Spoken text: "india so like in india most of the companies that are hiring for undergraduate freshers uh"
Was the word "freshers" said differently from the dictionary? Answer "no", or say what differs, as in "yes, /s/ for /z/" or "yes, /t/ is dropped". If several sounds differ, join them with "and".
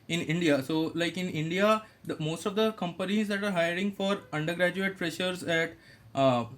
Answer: yes, /p/ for /f/